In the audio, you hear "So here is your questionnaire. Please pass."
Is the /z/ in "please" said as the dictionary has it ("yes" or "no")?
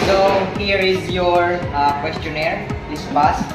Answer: no